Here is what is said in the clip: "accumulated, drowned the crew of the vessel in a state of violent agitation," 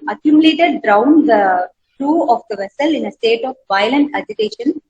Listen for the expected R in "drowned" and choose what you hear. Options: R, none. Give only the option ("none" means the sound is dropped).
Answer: R